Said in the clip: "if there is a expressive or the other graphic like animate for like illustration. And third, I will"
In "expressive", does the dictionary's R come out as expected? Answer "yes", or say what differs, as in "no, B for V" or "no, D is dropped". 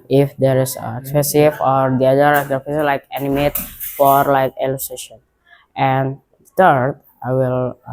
no, R is dropped